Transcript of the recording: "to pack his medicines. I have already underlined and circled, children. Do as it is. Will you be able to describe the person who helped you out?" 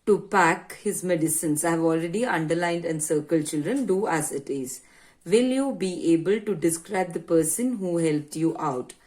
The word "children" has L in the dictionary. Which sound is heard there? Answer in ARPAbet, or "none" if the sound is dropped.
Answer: L